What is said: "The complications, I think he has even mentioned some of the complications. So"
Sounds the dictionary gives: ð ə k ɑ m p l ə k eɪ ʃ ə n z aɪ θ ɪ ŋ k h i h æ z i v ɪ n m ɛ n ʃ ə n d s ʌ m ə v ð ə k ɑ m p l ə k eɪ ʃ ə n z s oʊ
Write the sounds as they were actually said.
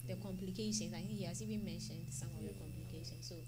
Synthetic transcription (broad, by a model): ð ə k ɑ m p l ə k eɪ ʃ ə n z aɪ θ ɪ ŋ k h i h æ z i b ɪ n m ɛ n ʃ ə n d s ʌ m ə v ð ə k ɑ m p l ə k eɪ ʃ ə n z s oʊ